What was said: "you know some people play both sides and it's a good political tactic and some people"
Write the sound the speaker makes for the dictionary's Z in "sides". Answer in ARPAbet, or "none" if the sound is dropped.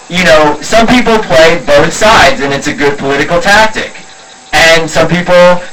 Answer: Z